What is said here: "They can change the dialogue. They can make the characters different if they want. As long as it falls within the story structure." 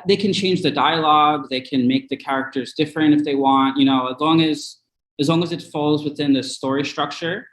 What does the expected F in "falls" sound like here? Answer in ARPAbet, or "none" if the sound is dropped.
F